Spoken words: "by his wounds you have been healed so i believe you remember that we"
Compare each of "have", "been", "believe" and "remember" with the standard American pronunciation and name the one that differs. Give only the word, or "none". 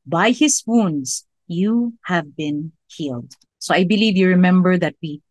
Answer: none